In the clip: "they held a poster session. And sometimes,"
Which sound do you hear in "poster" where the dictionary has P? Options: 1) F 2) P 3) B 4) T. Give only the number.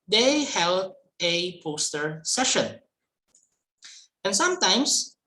2